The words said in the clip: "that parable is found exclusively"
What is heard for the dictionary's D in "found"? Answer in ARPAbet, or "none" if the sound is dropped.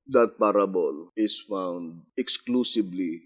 D